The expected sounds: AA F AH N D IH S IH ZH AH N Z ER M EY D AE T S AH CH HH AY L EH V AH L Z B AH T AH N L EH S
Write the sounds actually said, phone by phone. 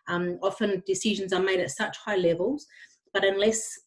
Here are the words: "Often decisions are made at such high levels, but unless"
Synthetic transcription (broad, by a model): AA F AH N D IH S IH ZH AH N Z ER M EY D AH T S AH CH HH AY L EH V AH L Z B AH T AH N L EH S